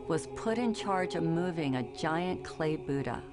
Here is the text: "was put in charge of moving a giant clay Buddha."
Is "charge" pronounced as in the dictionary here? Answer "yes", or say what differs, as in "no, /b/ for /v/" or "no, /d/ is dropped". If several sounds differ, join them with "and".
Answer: yes